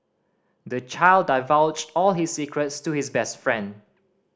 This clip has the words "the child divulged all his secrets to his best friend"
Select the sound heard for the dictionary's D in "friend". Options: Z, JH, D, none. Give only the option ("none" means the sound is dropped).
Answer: D